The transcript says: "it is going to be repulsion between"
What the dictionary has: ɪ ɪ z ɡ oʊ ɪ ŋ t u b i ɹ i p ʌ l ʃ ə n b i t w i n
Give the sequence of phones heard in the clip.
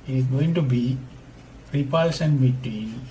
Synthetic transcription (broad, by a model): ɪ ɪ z ɡ oʊ ɪ ŋ t u b i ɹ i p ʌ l s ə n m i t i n